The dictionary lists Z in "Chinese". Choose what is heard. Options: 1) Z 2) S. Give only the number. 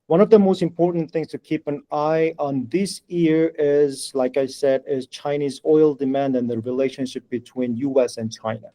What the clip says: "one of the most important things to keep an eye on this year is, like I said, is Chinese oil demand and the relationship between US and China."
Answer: 1